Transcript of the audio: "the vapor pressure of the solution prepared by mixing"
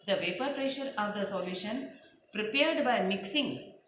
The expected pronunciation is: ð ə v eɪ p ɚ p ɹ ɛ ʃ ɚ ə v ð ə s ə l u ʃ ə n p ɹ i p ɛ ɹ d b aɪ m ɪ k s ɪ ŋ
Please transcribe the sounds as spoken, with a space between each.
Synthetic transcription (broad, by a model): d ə v eɪ p ɚ p ɹ ɛ ʃ ɚ ə v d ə s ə l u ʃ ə n p ɹ i p ɛ ɹ d b aɪ m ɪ k s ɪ ŋ